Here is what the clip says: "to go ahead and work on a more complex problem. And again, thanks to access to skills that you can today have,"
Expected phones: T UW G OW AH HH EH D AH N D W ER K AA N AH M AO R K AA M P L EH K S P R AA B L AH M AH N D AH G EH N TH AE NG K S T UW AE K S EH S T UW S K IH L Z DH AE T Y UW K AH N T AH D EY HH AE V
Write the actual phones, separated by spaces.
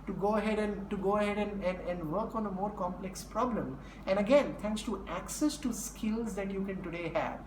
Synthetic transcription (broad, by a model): T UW G OW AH HH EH D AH N D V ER K AA N AH M AO R K AA M P L EH K S P R AA B L AH M AH N D AH G EH N T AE NG K S T UW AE K S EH S T UW S K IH L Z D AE T Y UW K AH N T AH D EY HH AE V